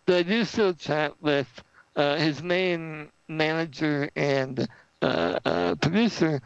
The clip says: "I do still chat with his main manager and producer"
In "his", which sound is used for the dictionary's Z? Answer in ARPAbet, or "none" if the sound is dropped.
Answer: Z